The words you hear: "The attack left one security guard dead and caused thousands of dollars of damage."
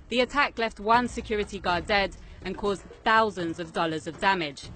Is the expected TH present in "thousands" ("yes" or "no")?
yes